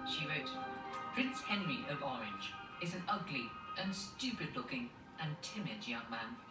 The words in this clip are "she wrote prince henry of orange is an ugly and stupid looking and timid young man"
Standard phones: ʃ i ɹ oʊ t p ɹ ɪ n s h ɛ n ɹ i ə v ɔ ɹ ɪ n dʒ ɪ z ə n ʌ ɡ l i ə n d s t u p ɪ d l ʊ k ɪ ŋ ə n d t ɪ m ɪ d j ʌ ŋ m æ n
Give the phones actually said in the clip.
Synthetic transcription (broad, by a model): ʃ i ɹ oʊ t p ɹ ɪ n s h ɛ n ɹ i ə v ɔ ɹ ɪ n dʒ ɪ z ə n ʌ ɡ l i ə n s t u p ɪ d l ʊ k ɪ ŋ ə n t ɪ m ɪ d j ʌ ŋ m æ n